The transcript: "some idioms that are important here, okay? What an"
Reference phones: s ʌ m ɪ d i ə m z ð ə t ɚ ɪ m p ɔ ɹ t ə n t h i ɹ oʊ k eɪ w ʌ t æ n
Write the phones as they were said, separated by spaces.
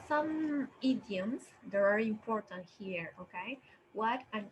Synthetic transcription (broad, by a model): s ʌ m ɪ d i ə m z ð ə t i ɪ m p ɔ ɹ t ə n t h i ɹ oʊ k eɪ w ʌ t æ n